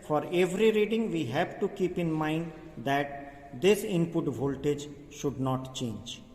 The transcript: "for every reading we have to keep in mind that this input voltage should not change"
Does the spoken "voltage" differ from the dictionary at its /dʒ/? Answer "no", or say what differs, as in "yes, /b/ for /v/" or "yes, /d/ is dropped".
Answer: no